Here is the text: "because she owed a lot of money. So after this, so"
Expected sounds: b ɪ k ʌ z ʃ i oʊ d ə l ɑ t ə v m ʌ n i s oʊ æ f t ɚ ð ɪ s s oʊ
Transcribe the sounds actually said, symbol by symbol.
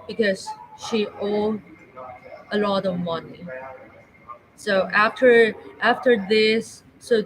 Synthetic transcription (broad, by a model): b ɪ k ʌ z ʃ i oʊ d ə l ɑ t ə v m ʌ n i s oʊ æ f t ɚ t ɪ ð s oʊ